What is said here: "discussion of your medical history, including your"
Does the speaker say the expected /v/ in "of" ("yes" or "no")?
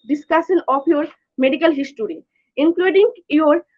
no